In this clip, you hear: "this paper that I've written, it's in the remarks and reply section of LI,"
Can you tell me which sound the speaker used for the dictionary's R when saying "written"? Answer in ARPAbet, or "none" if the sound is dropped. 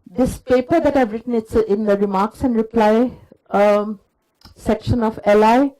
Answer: R